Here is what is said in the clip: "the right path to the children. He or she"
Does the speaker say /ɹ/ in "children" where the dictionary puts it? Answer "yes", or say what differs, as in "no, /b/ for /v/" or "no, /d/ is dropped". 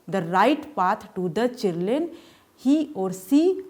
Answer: no, /l/ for /ɹ/